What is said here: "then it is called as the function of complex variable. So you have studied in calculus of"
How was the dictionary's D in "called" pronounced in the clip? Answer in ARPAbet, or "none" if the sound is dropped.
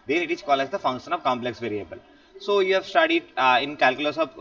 none